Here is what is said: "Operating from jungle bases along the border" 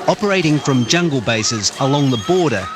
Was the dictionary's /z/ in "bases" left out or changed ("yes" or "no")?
no